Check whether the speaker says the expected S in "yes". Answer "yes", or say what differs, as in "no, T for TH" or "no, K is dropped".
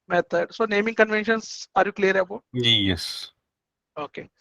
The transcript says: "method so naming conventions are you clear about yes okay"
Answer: yes